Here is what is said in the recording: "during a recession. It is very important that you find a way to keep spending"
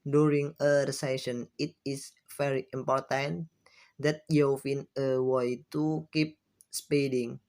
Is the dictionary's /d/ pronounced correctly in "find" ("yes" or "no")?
no